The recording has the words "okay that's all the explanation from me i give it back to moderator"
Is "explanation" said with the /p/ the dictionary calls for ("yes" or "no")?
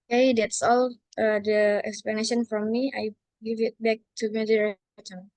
yes